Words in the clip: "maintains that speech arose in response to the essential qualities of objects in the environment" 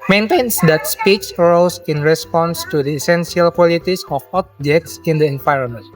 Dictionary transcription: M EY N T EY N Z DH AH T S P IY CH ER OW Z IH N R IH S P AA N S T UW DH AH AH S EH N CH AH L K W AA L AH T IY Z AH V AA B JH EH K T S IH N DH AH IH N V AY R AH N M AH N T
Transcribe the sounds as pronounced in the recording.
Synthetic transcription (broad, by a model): M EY N T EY N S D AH T S P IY S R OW S IH N R IH S P AA N S T UW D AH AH S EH N S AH L K W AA L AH T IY S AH F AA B JH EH K T S IH N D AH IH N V AY R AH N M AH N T